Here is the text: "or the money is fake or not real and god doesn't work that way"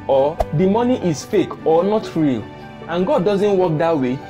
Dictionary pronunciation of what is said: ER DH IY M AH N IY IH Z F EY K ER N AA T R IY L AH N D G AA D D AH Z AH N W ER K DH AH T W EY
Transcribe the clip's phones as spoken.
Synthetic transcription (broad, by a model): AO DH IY M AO N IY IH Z F EY K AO N AA T R IY L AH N G AA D D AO Z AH N W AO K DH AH T W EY